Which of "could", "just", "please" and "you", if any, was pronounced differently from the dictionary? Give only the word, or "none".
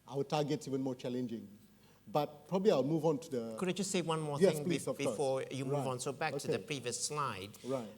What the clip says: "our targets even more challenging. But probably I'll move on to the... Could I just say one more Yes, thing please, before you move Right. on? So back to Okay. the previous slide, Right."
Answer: please